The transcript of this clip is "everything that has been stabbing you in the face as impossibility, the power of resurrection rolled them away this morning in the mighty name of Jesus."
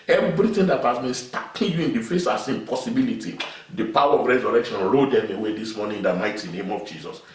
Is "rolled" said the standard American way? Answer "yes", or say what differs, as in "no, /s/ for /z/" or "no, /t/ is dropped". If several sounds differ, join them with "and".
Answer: no, /l/ is dropped